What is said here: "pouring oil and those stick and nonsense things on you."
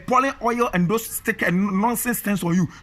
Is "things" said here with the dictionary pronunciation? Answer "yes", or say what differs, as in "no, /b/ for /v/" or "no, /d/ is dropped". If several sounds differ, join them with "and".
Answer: no, /t/ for /θ/